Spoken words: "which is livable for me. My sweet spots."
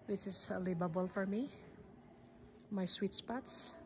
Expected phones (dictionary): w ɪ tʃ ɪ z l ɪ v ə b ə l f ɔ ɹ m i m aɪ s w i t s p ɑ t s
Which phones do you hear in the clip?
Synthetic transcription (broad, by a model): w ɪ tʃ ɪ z l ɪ b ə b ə l f ɔ ɹ m i m aɪ s w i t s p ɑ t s